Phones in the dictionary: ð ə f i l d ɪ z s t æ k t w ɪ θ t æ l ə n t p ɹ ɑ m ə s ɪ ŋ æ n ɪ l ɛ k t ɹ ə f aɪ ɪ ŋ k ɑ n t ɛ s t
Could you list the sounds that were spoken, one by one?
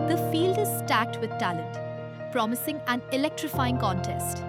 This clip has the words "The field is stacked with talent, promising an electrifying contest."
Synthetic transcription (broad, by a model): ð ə f i l d ɪ z s t æ k t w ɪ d t æ l ə n t p ɹ ɑ m ə s ɪ ŋ æ n ɪ l ɛ k t ɹ ə f aɪ ɪ ŋ k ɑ n t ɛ s t